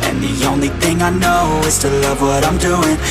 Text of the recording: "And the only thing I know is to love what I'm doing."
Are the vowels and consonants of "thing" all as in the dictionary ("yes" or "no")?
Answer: yes